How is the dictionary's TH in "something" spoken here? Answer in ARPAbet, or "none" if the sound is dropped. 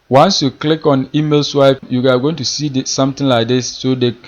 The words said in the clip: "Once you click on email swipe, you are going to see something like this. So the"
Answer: T